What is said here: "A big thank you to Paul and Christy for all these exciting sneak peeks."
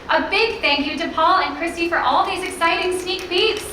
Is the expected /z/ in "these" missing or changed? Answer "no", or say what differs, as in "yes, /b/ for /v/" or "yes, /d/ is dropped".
no